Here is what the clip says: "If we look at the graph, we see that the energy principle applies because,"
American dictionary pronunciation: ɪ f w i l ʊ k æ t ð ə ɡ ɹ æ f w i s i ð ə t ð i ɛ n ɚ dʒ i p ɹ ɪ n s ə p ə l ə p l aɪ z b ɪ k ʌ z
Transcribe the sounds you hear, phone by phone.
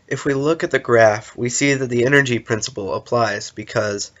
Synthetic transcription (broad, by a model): ɪ f w i l ʊ k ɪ t ð ə ɡ ɹ æ f w i s i ð ə t ð i ɛ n ɚ dʒ i p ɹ ɪ n s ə p l ə p l aɪ z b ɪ k ʌ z